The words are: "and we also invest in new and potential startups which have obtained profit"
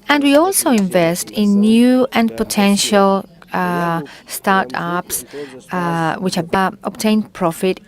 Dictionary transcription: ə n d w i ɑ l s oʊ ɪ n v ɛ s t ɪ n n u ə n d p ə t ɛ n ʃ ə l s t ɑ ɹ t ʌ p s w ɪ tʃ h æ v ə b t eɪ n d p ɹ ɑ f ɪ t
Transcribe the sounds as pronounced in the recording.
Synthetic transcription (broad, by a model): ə n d w i ɑ l s oʊ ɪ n v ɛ s t ɪ n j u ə n p ə t ɛ n ʃ ə l s t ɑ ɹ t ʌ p s w ɪ tʃ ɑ b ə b t eɪ n p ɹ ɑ f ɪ t